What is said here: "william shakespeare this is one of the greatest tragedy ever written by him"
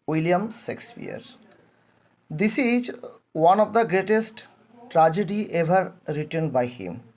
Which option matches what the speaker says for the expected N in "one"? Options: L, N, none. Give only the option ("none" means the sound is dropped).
N